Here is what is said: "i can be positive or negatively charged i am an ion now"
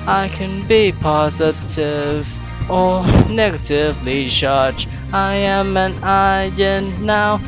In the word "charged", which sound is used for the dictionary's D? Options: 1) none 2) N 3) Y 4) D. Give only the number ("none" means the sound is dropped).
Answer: 1